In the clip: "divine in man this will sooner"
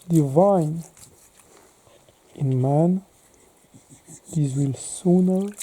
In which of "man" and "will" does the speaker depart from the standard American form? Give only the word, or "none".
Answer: none